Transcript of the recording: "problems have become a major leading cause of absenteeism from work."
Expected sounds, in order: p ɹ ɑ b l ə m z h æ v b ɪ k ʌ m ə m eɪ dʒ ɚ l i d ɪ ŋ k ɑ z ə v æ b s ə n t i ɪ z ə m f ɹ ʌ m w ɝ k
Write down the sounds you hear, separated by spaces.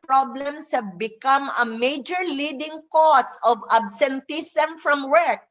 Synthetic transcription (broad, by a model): p ɹ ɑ b l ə m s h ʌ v b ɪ k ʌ m ə m eɪ dʒ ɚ l i d ɪ ŋ k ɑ s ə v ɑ b s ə n t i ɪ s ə m f ɹ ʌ m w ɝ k